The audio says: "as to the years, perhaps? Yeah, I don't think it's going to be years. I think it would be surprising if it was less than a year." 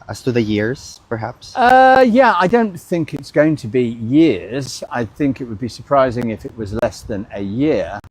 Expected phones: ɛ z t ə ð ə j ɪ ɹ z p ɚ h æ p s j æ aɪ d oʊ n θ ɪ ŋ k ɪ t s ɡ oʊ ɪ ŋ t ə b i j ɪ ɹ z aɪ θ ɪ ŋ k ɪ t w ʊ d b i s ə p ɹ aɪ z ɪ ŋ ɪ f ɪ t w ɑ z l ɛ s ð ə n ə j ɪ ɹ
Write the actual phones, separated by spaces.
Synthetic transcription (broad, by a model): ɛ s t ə ð ə j ɪ ɹ z p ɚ h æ p s j æ aɪ d oʊ n θ ɪ ŋ k ɪ t s ɡ oʊ ɪ ŋ t ə b i j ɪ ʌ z aɪ θ ɪ ŋ k ɪ t w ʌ d b i s ə p ɹ aɪ z ɪ ŋ ɪ f ɪ t w ɑ z l ɛ s ð ə n ə j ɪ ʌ